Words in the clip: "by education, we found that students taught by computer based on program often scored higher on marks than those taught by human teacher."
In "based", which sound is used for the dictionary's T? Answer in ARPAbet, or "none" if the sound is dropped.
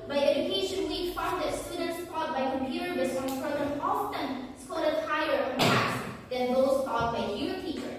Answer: none